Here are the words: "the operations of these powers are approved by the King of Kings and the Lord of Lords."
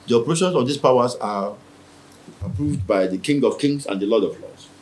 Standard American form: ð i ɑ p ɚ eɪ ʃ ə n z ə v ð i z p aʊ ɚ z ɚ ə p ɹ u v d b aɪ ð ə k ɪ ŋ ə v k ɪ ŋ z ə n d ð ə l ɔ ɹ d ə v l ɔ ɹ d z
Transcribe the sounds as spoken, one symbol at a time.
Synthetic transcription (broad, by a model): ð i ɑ p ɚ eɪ ʃ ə n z ə v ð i s p aʊ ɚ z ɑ ə p ɹ u v d b aɪ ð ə k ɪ ŋ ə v k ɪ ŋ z ə n d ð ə l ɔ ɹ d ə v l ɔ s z